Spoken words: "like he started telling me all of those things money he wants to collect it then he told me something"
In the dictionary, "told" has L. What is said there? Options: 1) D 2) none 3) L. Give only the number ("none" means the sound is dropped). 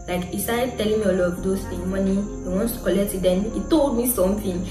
3